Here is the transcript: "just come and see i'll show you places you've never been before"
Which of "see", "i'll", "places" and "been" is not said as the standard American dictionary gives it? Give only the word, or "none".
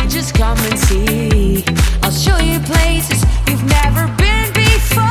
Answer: none